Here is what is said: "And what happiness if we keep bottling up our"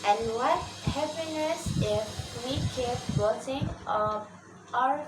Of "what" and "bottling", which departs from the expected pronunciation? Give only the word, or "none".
bottling